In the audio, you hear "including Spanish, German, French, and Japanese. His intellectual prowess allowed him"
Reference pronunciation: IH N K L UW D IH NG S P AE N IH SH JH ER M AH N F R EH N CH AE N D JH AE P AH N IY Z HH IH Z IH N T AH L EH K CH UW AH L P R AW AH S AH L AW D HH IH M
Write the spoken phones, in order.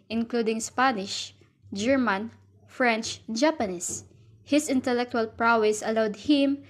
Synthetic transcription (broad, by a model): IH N K L UW D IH NG S P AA N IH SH JH ER M AH N F R EH N CH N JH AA P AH N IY S HH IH S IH N T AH L EH K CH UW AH L P R AW AH S AH L AW D HH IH M